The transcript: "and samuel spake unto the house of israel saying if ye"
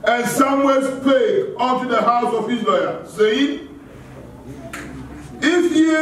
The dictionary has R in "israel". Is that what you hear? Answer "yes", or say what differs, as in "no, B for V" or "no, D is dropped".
no, L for R